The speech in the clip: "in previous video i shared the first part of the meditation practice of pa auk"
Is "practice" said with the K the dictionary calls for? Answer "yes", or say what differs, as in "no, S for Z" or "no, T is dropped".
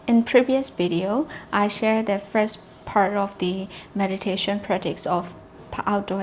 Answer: no, K is dropped